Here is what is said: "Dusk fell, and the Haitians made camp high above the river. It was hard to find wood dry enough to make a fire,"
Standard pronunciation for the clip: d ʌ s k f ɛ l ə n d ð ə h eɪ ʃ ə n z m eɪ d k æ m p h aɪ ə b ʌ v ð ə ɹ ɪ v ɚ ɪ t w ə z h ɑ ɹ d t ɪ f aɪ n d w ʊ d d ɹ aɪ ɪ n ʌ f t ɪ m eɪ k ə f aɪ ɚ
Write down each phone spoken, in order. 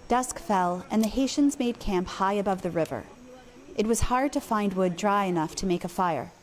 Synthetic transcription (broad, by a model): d ʌ s k f ɛ l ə n ð ə h eɪ ʃ ə n z m eɪ d k æ m p h aɪ ə b ʌ v ð ə ɹ ɪ v ɚ ɪ t w ə z h ɑ ɹ d t ɪ f aɪ n d w ʊ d d ɹ aɪ ɪ n ʌ f t ɪ m eɪ k ə f aɪ ɚ